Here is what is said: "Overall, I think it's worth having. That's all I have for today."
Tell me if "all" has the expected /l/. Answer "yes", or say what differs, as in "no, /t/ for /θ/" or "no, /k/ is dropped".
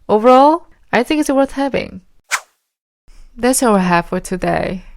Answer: no, /w/ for /l/